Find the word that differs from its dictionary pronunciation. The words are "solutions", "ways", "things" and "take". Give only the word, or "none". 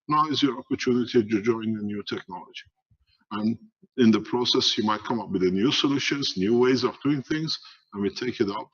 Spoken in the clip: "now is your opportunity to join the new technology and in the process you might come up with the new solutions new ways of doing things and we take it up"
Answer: none